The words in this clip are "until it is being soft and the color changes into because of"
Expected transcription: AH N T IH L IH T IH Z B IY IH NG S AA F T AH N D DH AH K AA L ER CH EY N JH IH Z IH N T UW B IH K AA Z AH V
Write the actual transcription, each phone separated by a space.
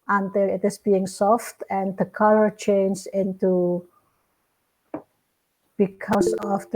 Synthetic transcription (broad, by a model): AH N T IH L IH T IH S B IY IH NG S AA F T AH N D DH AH K AA L ER CH EY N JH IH IH N T UW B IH K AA S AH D